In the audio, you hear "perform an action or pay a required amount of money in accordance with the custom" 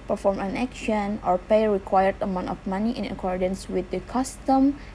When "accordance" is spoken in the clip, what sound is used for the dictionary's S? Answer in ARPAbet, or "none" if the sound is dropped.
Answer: S